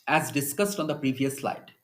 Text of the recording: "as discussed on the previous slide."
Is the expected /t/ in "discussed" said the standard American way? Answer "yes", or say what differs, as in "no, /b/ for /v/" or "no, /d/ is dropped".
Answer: yes